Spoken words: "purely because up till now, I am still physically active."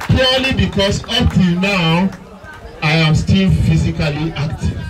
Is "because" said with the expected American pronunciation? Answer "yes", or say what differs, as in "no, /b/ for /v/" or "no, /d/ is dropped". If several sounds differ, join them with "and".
no, /s/ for /z/